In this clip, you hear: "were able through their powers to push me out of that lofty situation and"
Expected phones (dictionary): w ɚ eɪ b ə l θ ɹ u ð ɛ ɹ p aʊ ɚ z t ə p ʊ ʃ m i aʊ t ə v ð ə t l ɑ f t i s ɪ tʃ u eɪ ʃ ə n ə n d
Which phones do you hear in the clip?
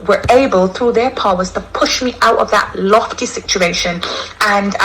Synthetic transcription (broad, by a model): w ɚ eɪ b ə l θ ɹ u ð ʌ ɹ p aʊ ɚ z t ə p ʊ ʃ m i aʊ t ə v ð ə t l ɑ f t i s ɪ tʃ u eɪ ʃ ə n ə n